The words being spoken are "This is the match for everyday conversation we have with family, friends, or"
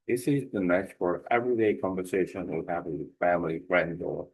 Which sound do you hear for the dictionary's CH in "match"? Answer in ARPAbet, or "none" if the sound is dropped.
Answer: S